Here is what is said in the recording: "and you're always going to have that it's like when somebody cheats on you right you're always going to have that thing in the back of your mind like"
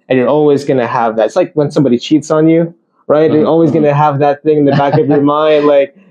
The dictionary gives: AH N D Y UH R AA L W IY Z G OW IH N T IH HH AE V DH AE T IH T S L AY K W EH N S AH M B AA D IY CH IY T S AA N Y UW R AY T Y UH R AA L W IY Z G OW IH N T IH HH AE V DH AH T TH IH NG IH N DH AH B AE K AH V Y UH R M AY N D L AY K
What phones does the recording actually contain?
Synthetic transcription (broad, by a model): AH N Y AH R AA L W IY Z G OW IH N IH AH V DH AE T IH T S L AY K W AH N S AH M B AA D IY CH IY T S N Y UW R AY T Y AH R AA L W IY Z G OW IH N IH HH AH V DH AH T TH IH NG IH N DH AH B AE K AH V Y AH R M AY N D L AY K